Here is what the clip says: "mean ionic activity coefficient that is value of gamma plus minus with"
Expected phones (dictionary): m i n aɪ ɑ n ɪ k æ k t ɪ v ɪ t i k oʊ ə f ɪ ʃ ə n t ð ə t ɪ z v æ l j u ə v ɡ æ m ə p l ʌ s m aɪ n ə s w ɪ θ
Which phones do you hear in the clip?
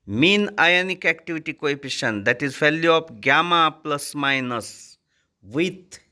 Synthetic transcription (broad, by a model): m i n aɪ ɑ n ɪ k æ k t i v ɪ t i k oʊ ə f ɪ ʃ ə n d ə t ɪ z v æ l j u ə p ɡ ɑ m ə p l ʌ s m aɪ n ə s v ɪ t